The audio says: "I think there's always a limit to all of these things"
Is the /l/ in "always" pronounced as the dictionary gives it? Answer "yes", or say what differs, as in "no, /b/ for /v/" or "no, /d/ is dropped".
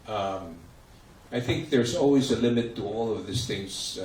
yes